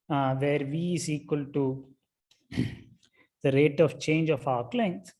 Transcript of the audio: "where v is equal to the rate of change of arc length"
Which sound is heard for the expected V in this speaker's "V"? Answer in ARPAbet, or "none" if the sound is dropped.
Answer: V